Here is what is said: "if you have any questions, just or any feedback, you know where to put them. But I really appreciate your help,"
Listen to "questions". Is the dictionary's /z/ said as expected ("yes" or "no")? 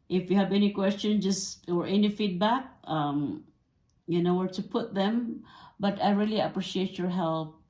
no